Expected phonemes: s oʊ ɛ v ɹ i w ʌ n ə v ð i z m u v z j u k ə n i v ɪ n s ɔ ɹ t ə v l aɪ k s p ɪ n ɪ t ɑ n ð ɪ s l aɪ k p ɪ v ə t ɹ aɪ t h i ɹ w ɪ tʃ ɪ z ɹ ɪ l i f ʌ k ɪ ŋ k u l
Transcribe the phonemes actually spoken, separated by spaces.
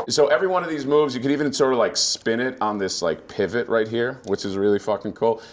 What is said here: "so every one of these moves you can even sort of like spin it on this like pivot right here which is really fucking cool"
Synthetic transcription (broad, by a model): s oʊ ɛ v ɹ i w ʌ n ə v ð i z m u v z j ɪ k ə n i v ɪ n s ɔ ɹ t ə l aɪ k s p ɪ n ɪ t n ð ɪ s l aɪ k p ɪ v ə t ɹ aɪ t h i ɹ w ɪ tʃ ɪ z ɹ ɪ l i f ʌ k ɪ ŋ k u l